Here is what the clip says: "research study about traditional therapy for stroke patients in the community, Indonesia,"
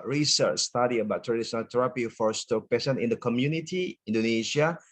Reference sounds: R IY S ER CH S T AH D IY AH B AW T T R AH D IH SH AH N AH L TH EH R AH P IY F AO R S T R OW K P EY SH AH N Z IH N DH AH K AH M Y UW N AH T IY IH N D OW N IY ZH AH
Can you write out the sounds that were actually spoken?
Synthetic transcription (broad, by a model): R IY S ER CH S T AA D IY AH B AW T T R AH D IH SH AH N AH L T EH R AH P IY F AO R S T OW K P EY S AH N IH N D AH K AH M Y UW N AH T IY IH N D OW N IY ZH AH